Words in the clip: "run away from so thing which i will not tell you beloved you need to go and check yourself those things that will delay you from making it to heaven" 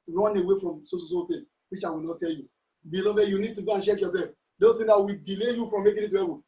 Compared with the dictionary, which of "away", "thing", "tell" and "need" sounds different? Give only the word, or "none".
thing